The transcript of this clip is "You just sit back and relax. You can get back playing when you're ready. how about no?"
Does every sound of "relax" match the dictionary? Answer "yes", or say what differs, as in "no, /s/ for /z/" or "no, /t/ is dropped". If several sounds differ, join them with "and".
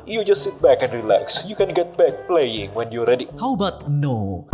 yes